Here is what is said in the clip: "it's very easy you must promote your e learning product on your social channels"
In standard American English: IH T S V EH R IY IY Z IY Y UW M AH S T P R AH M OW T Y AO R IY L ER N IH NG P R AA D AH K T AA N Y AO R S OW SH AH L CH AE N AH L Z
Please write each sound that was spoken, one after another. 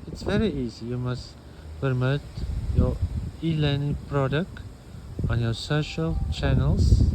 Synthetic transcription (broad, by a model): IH T S V EH R IY IY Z IY Y UW M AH S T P AH M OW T Y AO IY L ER N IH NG P R AA D AH K T AA N Y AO S OW SH AH L CH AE N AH L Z